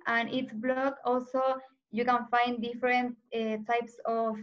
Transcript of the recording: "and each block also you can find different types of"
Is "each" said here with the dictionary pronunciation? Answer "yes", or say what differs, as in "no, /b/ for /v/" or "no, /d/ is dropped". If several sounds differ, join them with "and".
no, /s/ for /tʃ/